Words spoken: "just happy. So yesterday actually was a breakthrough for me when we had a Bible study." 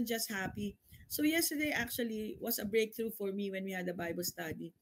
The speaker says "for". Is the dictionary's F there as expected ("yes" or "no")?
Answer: yes